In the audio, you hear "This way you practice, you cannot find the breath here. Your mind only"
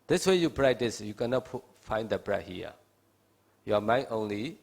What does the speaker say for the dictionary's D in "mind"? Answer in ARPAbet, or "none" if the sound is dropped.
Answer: none